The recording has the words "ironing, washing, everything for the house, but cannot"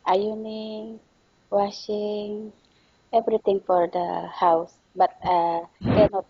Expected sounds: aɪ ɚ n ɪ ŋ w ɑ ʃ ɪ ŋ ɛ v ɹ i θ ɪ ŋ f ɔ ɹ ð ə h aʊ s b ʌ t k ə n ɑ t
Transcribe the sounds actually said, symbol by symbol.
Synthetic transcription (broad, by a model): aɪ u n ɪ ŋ w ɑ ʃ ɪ ŋ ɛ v ɹ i t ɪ ŋ f ɔ ɹ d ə h aʊ s b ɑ t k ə n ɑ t